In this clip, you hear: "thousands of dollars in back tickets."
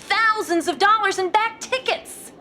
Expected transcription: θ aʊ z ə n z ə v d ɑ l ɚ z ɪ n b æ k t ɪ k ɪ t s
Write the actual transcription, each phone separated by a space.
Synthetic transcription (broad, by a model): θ aʊ z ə n z ə v d ɑ l ɚ z ɪ n b æ k t ɪ k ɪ t s